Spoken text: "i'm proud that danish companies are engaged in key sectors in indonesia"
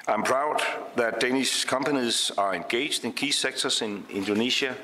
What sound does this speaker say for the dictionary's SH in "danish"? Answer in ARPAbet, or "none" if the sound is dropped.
S